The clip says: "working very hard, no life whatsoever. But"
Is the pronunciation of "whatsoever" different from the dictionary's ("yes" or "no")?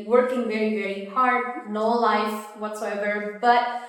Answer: no